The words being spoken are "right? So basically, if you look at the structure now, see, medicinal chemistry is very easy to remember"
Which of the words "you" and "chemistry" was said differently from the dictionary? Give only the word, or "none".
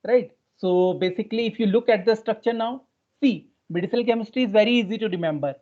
chemistry